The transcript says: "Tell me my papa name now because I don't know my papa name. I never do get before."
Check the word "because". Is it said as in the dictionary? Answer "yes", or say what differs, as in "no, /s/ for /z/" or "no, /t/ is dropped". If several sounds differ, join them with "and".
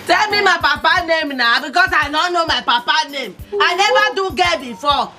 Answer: no, /s/ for /z/